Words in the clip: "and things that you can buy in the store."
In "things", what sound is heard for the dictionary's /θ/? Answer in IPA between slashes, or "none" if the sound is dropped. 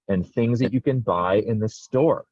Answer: /θ/